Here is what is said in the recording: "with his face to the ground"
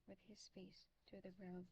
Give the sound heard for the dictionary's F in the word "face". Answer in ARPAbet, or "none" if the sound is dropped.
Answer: F